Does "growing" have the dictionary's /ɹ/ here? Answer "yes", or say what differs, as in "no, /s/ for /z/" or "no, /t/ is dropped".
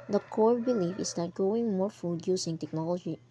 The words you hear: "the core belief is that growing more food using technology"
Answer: no, /ɹ/ is dropped